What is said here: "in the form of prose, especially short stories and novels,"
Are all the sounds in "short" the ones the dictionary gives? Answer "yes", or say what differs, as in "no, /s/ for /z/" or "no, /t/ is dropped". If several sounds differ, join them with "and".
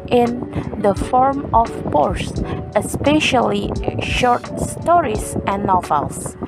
yes